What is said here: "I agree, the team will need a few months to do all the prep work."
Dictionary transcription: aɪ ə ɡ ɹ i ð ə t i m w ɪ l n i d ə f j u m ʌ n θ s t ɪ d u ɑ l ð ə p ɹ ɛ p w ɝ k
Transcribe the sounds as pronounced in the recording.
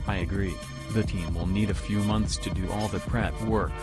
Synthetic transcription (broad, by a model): aɪ ə ɡ ɹ i ð ə t i m w ɪ l n i d ə f j u m ʌ n θ s t ɪ d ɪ ɑ l ð ə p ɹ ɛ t w ɝ k